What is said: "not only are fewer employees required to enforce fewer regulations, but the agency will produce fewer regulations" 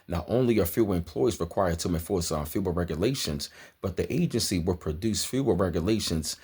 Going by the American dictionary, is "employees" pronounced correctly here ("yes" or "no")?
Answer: yes